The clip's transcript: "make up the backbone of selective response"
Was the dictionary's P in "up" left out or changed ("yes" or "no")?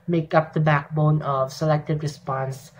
no